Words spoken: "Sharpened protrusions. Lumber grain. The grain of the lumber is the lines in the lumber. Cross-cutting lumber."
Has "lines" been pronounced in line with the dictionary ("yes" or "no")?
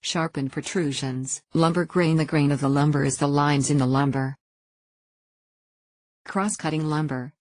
yes